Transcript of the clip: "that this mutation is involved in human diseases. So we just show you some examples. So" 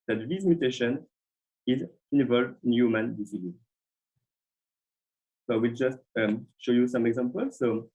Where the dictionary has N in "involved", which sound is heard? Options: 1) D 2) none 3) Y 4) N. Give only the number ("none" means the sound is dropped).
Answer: 4